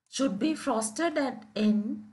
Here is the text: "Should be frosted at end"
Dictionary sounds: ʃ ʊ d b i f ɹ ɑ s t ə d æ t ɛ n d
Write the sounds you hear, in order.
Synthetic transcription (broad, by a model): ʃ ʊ d b i f ɹ ɑ s t ə d æ t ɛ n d